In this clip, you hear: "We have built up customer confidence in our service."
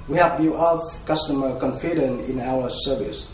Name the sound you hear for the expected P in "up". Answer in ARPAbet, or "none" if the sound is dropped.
F